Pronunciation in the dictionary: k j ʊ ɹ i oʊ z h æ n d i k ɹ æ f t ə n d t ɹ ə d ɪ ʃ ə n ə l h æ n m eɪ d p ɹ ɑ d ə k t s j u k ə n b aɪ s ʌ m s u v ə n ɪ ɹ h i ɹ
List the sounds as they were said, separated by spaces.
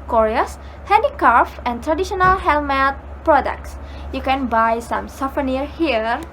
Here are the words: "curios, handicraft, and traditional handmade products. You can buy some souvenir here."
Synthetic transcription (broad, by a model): k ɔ ɹ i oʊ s h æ n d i k ɹ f ə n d t ɹ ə d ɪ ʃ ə n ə l h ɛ l m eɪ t p ɹ ɑ d ə k t s j u k ə n b aɪ s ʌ m s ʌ f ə n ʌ ɹ h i ɹ